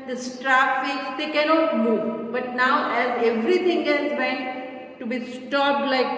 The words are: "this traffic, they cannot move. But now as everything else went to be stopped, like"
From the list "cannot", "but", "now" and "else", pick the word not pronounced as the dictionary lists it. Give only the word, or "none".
else